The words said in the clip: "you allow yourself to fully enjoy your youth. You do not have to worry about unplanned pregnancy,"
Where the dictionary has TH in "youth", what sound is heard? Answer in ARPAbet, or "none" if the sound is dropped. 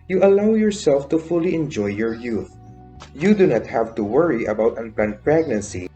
TH